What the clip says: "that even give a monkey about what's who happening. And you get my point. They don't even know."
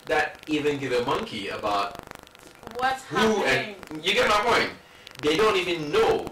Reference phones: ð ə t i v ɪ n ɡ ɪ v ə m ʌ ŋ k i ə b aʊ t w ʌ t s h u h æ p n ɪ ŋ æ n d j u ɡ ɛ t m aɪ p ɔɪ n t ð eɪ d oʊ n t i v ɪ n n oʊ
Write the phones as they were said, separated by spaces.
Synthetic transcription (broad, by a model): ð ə t i v ɪ n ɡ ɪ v ə m ʌ ŋ k i ə b aʊ t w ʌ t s h u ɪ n j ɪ ɡ ɛ t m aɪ p ɔɪ n t ð eɪ d oʊ n t i v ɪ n n oʊ